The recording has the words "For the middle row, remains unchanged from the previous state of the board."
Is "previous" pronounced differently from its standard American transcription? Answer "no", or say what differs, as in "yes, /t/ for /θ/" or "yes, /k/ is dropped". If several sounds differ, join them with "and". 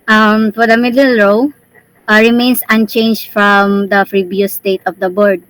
yes, /f/ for /p/